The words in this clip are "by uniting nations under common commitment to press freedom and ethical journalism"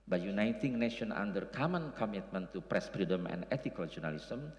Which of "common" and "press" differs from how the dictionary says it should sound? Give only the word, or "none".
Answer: none